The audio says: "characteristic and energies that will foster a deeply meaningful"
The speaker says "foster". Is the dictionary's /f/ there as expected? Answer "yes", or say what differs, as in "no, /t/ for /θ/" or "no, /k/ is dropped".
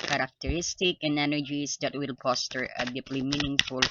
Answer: no, /p/ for /f/